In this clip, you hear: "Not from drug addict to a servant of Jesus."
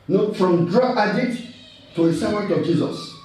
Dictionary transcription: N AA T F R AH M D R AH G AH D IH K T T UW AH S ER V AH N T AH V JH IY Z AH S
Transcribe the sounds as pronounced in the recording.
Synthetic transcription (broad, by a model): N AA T F R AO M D R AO AH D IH T T UW AH S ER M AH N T AH V JH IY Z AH S